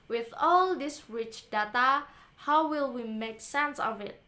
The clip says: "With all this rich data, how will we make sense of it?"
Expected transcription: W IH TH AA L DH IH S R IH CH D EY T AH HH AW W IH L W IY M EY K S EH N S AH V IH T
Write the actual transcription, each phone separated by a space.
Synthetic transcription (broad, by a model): W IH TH AA L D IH S R IH CH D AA T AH HH AW W IH L W IY M EY K S EH N S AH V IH T